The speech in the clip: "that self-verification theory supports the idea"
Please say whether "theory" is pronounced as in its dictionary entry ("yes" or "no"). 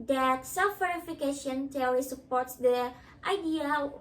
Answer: no